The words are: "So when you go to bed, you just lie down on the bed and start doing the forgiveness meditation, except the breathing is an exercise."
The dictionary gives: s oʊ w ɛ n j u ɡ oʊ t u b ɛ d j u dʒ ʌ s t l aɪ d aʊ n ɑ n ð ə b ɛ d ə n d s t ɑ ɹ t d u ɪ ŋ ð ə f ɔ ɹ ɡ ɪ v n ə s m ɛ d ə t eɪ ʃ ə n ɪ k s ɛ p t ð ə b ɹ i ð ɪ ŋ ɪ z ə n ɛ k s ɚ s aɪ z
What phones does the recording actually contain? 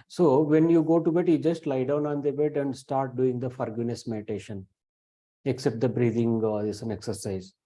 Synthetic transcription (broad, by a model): s oʊ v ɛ n j u ɡ oʊ t u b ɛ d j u dʒ ʌ s t l aɪ d aʊ n ɑ n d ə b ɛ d ə n d s t ɑ ɹ t d u ɪ ŋ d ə f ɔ ɹ ɡ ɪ n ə s m ɛ d ə t eɪ ʃ ə n ɪ k s ɛ p t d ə b ɹ i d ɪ ŋ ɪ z ə n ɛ k s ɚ s aɪ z